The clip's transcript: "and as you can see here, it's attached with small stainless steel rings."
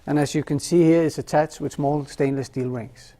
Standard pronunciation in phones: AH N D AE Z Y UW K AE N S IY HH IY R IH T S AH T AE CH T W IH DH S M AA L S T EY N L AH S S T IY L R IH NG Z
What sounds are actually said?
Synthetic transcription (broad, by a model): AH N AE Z Y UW K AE N S IY HH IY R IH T S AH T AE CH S W IH DH S M AA L S T EY N L AH S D IY L R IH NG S